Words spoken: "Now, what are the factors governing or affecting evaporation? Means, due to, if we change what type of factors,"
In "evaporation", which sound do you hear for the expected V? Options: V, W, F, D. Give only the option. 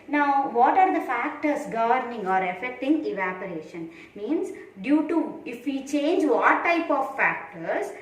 V